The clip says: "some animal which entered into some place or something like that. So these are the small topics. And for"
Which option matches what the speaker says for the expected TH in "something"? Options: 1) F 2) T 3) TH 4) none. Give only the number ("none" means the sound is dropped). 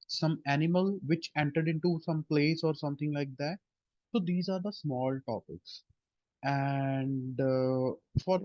2